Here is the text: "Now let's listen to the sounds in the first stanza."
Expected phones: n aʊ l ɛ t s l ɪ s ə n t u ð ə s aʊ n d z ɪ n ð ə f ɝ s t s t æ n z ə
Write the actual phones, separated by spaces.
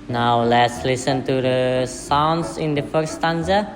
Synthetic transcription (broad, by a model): n aʊ l ɛ t s l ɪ s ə n t u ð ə s aʊ n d s ɪ n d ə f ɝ t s t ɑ n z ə